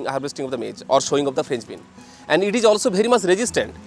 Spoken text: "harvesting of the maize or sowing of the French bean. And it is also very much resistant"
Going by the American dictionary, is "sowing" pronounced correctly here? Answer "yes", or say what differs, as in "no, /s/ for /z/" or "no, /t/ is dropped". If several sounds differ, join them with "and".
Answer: no, /ʃ/ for /s/